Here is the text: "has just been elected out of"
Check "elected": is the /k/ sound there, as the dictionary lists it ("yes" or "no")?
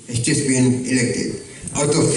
yes